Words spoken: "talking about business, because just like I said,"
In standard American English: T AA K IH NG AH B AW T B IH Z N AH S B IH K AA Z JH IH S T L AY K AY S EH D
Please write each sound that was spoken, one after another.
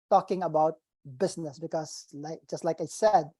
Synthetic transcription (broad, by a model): T AA K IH NG AH B AW T B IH S N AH S B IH K AA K JH IH S T L AY K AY S EH D